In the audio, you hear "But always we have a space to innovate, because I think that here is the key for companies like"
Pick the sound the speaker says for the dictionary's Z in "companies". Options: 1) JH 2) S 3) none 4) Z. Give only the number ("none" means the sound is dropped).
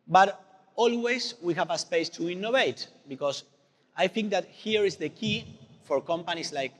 2